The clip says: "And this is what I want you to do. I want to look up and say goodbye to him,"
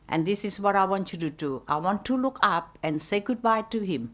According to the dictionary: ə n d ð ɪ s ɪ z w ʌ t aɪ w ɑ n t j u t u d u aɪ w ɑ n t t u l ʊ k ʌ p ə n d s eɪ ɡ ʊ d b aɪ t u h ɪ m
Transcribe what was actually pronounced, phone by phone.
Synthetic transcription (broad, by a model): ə n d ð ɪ s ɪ s w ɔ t aɪ w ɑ n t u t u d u aɪ w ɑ n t t u l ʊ k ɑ p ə n s eɪ ɡ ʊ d b aɪ t u h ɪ m